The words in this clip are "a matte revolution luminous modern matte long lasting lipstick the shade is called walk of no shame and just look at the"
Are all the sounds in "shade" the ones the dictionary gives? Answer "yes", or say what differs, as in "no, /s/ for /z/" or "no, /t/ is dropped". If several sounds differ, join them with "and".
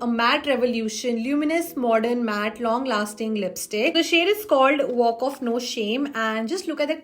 yes